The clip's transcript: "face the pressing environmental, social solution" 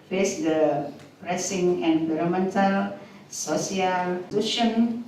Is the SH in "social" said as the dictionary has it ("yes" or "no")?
no